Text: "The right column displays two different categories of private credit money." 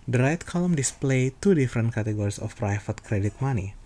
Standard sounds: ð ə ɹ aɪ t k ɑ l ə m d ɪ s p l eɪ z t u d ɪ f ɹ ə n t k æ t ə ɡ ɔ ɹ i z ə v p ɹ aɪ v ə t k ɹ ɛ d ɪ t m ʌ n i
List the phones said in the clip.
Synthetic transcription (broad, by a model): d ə ɹ aɪ t k ɑ l ə m d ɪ s p l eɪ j t u d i f ɹ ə n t k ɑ t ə ɡ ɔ ɹ i s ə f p ɹ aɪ f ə t k ɹ ɛ d ɪ t m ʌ n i